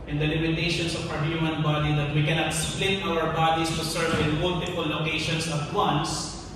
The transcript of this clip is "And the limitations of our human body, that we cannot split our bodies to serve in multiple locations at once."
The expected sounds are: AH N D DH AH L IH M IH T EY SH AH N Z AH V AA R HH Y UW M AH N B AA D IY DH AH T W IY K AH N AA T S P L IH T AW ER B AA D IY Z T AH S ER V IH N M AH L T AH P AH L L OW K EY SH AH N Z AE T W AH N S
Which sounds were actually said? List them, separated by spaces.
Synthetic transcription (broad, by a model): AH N D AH L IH M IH T EY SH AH N S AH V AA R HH Y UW M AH N B AA D IY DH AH T W IY K AH N AA T S P L IH T AW ER B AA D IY S T AH S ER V IH N M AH L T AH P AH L L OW K EY SH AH N S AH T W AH N S